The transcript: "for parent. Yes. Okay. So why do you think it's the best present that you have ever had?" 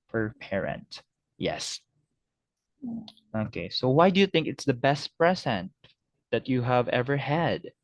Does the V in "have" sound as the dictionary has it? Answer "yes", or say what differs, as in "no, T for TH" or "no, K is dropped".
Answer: yes